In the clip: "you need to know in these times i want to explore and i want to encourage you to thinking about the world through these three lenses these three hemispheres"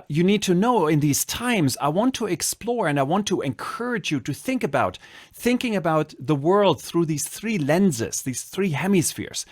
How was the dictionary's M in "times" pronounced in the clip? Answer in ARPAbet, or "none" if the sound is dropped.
M